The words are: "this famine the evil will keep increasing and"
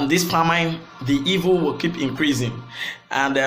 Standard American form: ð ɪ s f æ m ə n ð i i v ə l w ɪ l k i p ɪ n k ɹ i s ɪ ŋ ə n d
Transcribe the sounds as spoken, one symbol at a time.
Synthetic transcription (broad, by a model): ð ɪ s p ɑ m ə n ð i i v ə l w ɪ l k i p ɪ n k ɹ i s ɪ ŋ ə n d